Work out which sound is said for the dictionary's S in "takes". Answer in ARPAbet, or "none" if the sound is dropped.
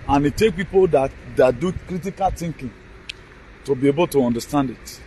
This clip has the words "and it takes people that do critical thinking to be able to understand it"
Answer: none